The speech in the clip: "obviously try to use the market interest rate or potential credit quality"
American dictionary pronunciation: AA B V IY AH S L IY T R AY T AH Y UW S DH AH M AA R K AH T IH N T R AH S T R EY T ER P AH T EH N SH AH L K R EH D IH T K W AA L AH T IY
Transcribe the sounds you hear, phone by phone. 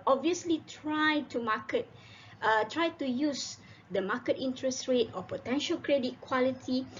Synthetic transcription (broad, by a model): AA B V IY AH S L IY T R AY T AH Y UW S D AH M AA K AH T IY N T R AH S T R EY T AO P AH T EH N SH AH L K R EH D IH T K W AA L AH T IY